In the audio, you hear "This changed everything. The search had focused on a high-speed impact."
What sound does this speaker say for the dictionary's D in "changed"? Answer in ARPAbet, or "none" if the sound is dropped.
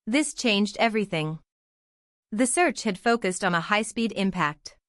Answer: D